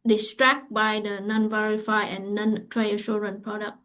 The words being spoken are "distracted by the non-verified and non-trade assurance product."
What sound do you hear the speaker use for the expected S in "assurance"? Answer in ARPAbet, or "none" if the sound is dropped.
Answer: none